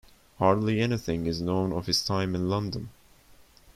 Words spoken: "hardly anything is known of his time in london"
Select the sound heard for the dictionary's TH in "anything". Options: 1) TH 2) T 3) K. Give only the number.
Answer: 1